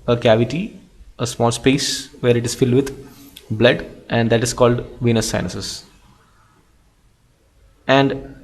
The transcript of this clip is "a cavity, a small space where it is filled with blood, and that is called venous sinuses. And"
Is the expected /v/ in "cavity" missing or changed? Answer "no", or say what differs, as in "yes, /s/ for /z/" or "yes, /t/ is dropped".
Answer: no